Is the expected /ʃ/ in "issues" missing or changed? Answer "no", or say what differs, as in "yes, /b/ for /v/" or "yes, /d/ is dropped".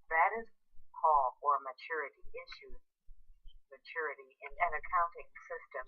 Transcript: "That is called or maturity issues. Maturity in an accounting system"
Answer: no